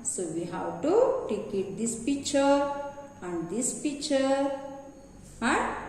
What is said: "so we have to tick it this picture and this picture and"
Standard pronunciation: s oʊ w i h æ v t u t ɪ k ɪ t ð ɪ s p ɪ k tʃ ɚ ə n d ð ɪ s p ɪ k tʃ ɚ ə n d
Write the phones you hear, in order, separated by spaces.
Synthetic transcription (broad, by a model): s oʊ w i h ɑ w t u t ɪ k ɪ t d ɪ s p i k tʃ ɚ ə n d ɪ s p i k tʃ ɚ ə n